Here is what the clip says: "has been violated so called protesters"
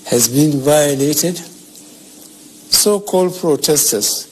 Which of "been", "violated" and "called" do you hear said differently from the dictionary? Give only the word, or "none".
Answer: none